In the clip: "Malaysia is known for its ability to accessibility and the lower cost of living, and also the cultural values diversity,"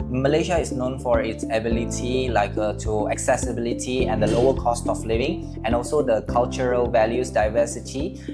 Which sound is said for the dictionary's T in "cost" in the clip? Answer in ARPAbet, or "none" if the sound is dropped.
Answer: T